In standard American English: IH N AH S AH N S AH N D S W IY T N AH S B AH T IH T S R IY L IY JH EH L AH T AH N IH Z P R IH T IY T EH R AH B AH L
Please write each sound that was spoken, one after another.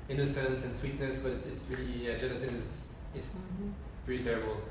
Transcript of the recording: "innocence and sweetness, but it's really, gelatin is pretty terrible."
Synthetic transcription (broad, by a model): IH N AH S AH N S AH N S W IY T N AH S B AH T IH T S R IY L IY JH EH N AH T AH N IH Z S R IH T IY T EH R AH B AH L